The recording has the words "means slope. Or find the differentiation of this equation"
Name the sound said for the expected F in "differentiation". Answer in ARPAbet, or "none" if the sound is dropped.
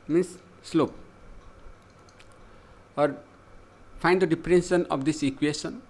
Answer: P